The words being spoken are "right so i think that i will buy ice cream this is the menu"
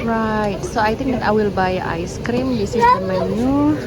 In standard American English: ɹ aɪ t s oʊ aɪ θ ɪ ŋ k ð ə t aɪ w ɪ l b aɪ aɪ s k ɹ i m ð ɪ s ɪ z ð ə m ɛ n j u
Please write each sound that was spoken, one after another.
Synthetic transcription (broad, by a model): ɹ aɪ t s oʊ aɪ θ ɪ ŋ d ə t aɪ w ɪ l b aɪ aɪ s k ɹ i m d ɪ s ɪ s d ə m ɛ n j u